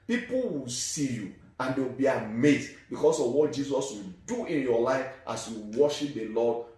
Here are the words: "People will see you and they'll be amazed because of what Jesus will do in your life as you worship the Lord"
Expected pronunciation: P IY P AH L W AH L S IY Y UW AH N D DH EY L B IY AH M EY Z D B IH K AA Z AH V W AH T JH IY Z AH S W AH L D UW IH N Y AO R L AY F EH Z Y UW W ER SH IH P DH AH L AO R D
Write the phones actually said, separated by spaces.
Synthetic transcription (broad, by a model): P IY P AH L W AH L S IY Y UW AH N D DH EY W B IY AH M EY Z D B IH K AA S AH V W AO T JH IY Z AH S W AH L D UW IH N Y AO L AY F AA S Y UW W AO SH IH P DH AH L AO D